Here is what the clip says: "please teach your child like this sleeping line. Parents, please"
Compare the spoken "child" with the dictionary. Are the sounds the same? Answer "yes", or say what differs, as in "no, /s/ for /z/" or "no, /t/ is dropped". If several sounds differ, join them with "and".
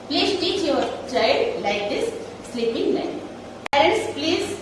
no, /l/ is dropped